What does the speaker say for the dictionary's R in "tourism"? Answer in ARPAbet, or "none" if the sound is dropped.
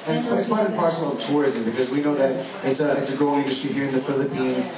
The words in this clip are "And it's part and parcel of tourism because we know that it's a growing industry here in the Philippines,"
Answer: R